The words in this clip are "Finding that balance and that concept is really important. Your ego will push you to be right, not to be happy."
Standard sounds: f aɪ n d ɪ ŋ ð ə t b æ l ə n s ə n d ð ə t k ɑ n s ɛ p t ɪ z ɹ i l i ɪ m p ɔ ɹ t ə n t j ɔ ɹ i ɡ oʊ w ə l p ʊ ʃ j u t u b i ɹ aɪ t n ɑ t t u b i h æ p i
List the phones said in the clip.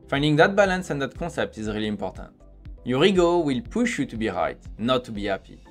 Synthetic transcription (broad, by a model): f aɪ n d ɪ ŋ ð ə t b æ l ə n s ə n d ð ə t k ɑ s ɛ p t ɪ z ɹ i l i ɪ m p ɔ ɹ t ə n t j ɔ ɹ i ɡ oʊ w ə l p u ʃ j u t u b i ɹ aɪ t n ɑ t t u b i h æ p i